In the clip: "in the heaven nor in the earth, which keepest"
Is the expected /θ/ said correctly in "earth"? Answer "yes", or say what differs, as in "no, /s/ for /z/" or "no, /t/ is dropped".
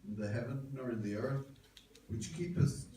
yes